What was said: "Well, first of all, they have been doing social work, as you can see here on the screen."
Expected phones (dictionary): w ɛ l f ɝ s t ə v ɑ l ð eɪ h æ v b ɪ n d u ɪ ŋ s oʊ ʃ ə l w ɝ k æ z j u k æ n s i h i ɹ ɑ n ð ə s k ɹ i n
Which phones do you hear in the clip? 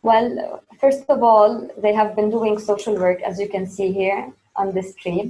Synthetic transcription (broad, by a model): w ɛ l f ɝ s t ə v ɑ l ð eɪ h æ v b ɪ n d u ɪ ŋ s oʊ ʃ ə l w ɝ k æ z j u k æ n s i h i ɹ ɑ n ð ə s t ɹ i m